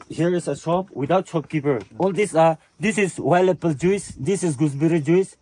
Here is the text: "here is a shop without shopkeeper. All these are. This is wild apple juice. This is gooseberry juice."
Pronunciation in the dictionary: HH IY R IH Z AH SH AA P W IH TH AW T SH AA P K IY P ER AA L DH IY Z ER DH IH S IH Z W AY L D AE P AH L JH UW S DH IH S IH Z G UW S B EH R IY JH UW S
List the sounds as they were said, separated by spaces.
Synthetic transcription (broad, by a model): HH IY R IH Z AH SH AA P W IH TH AW T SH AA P K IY P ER AA L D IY S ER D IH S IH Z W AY L EH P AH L JH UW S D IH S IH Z G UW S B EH R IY JH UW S